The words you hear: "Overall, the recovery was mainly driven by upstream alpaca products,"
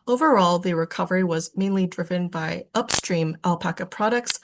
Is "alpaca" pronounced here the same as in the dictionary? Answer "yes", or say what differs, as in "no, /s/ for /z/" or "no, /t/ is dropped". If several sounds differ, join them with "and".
yes